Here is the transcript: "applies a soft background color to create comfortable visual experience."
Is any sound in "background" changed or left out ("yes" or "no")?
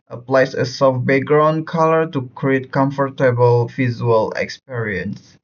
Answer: yes